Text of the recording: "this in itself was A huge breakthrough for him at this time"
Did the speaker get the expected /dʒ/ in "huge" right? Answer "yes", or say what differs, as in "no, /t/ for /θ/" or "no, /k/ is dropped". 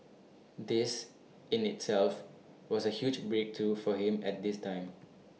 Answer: yes